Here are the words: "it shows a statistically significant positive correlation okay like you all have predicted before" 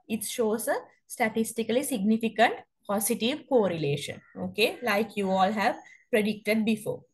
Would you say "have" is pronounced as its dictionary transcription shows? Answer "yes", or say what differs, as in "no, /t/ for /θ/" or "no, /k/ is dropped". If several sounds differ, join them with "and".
yes